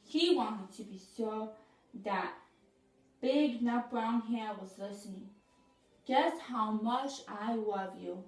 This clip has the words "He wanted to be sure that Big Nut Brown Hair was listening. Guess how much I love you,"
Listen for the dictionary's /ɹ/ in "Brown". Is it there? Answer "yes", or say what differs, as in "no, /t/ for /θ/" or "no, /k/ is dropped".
yes